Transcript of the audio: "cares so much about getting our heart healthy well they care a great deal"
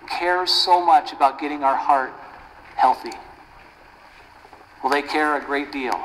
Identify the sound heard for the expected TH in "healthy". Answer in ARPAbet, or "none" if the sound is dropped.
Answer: TH